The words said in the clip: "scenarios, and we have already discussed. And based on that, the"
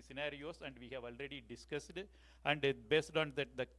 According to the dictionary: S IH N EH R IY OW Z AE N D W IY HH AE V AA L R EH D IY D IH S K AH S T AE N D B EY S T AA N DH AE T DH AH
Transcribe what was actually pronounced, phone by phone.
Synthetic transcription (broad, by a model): S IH N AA R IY OW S AE N D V IY HH AE V AA L R EH D IY D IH S K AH S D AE N D B EY S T AA N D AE T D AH